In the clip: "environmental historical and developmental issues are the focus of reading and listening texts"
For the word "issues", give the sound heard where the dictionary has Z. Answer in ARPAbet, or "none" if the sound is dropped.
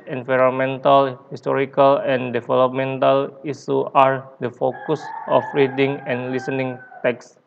none